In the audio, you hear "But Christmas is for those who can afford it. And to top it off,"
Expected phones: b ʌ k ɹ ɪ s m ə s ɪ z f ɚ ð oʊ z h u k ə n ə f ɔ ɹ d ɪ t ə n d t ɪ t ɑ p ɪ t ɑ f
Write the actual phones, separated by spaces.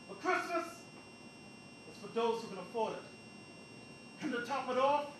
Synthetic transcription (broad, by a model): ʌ k ɹ ɪ s m ə s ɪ s f ɚ ð oʊ z h u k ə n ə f ɔ ɹ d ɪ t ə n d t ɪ t ɑ p ɪ t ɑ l